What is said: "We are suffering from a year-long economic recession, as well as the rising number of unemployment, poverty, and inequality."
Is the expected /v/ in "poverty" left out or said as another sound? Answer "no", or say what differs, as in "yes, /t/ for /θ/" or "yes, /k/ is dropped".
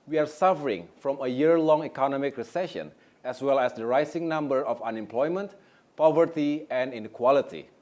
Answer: no